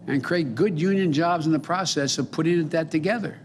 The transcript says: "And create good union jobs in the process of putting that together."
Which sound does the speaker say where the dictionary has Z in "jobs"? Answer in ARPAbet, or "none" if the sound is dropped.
Z